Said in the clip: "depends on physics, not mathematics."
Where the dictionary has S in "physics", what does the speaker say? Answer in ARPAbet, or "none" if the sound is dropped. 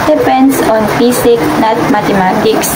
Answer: none